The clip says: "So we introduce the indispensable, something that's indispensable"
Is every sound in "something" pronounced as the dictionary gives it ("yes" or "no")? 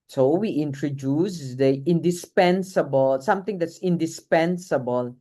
no